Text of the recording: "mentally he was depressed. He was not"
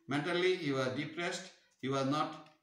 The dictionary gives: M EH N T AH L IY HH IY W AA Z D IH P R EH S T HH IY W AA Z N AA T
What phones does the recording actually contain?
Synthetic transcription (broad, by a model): M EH N T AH L IY HH IY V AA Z D IH P R EH S T HH IY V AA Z N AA T